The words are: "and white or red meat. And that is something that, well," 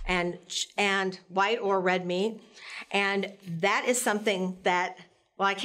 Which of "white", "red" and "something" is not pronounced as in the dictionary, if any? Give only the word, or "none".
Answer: none